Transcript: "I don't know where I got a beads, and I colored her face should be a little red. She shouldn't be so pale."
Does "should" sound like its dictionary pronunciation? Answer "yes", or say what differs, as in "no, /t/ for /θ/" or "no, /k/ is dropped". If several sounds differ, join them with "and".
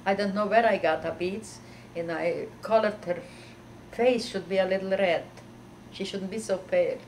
yes